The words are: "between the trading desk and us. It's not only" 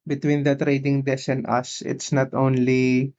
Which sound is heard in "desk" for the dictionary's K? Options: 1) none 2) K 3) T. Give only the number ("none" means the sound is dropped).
1